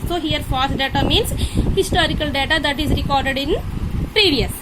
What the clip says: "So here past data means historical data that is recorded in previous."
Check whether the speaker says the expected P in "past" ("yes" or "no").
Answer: no